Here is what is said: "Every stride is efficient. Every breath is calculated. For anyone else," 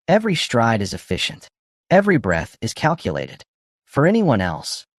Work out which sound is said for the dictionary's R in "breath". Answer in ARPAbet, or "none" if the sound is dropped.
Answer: R